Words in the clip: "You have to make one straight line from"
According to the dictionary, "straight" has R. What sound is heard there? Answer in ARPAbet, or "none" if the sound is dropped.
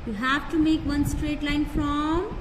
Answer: R